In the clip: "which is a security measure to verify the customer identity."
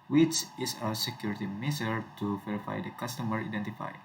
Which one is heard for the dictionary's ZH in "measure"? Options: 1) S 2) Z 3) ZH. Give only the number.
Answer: 2